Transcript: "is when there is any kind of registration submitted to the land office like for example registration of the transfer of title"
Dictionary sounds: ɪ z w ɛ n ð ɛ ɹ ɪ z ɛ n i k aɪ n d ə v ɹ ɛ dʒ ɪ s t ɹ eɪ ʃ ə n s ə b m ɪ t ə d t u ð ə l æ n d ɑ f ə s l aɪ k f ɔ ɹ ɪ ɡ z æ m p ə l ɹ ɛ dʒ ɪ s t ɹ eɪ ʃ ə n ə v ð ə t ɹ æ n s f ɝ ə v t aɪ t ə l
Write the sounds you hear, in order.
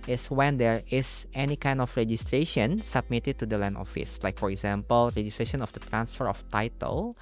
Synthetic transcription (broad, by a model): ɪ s w ɛ n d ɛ ɹ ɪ s ɛ n i k aɪ n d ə f ɹ ɛ dʒ ɪ s t ɹ eɪ ʃ ə n s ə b m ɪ t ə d t u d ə l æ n ɑ f ə s l aɪ k f ɔ ɹ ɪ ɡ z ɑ m p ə l ɹ ɛ dʒ ɪ s t ɹ eɪ ʃ ə n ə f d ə t ɹ æ n s f ɝ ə f t aɪ t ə l